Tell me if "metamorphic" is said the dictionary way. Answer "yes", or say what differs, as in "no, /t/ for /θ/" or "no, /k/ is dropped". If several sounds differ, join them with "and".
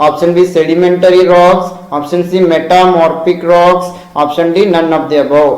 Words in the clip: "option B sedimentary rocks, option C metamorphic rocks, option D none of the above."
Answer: no, /p/ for /f/